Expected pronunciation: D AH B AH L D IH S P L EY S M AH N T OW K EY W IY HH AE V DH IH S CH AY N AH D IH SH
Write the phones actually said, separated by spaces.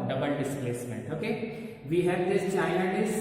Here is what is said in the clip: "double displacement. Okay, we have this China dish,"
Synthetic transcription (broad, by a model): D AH B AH L D IH S P L EY S M AH N T OW K EY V IY HH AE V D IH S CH AY AH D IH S